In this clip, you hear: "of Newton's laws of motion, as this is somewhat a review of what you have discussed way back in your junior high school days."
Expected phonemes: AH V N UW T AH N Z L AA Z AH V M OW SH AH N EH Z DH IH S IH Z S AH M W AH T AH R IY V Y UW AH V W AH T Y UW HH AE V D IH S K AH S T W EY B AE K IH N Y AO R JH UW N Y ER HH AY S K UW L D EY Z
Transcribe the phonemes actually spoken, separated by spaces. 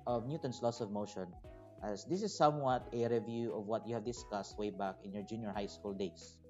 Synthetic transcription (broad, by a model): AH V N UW T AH N S L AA S AH V M OW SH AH N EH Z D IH S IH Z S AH M W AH T AH R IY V Y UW AH V W AH T Y UW HH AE V D IH S K AH S T W EY B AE K IH N Y AO R JH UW N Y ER HH AY S K UW L D EY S